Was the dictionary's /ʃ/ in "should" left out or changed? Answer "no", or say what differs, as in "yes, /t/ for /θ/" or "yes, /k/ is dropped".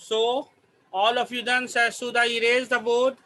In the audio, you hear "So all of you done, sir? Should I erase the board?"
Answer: yes, /s/ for /ʃ/